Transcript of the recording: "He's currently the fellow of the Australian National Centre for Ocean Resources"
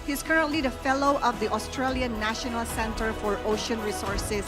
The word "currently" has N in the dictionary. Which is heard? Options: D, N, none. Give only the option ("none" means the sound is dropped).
N